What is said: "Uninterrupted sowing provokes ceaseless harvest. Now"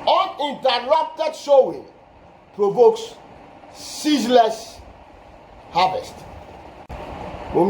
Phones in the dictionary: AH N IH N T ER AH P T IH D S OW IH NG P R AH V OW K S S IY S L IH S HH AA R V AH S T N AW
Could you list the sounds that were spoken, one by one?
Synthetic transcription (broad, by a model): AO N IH N T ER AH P T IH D SH OW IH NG P R AH V OW K S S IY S L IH S HH AA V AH S T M